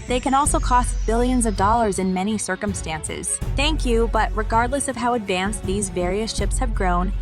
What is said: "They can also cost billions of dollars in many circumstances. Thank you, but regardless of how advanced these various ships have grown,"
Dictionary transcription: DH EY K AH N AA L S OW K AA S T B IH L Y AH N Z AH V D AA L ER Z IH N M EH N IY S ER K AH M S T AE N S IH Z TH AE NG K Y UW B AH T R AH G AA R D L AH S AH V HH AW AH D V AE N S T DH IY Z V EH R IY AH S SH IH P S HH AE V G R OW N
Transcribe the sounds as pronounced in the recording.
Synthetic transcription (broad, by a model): DH EY K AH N AA L S OW K AA S T B IH L Y AH N Z AH V D AA L ER Z IH N M EH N IY S ER K AH M S T AE N S IH Z TH AE NG K Y UW B AH T R AH G AA R D L AH S AH V HH AW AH D V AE N S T DH IY Z V EH R IY AH S SH IH P S HH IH V G R OW N